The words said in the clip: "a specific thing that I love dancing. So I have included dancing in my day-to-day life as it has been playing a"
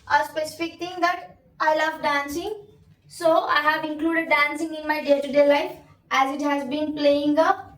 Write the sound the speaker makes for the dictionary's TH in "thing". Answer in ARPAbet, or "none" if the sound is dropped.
T